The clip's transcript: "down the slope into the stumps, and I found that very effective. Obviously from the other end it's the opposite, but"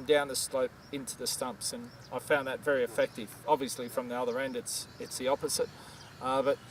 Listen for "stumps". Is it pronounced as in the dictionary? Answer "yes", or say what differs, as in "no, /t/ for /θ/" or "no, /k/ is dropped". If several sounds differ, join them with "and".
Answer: yes